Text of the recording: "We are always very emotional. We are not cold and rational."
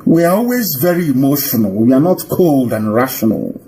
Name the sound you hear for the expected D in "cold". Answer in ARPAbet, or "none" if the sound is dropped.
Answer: D